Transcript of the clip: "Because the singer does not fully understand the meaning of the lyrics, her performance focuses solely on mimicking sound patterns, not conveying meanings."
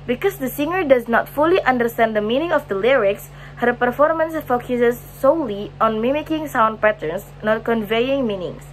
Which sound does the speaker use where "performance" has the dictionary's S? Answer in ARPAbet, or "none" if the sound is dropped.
S